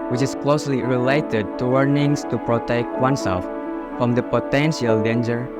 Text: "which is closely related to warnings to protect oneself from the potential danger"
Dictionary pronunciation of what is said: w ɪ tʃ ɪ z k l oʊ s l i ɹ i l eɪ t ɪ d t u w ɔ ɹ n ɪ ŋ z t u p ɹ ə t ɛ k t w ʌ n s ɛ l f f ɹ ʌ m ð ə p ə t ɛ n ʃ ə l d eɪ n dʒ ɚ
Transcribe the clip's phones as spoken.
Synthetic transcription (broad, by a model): w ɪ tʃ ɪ s k l oʊ s l i ɹ i l eɪ t ɪ d t u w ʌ ɹ n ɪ ŋ s t u p ɹ ə t ɛ k t w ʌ n s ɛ l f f ɹ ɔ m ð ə p ə t ɛ n ʃ ə l d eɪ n dʒ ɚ